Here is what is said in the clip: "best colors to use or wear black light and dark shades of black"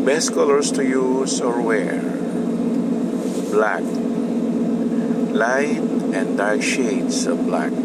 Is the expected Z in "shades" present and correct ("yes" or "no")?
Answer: no